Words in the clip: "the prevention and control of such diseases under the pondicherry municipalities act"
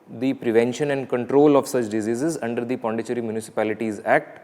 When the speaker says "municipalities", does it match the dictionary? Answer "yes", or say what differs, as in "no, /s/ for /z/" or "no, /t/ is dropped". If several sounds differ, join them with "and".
yes